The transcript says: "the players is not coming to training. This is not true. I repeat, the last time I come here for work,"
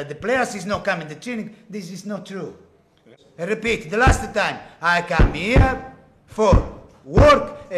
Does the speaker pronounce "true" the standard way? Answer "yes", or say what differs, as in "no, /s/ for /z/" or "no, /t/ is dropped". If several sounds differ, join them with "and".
yes